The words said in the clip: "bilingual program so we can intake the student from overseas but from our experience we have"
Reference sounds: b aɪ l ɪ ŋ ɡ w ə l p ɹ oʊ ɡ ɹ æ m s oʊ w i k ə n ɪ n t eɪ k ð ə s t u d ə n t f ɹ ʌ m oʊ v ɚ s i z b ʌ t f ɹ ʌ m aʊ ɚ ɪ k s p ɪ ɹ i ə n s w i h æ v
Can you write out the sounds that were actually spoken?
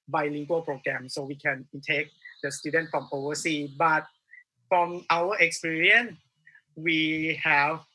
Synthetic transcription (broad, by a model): b aɪ l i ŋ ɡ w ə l p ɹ oʊ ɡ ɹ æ m s oʊ w i k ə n n t eɪ k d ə s t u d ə n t f ɹ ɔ m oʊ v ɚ s i b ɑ t f ɹ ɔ m aʊ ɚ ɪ k s p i ɹ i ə n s w i h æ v